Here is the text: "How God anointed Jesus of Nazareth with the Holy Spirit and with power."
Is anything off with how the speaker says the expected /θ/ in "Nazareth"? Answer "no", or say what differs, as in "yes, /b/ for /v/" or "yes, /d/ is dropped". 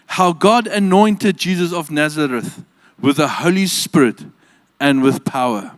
no